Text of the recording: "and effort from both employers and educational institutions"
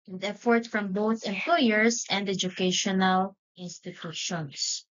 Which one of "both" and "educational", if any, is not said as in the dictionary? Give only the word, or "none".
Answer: none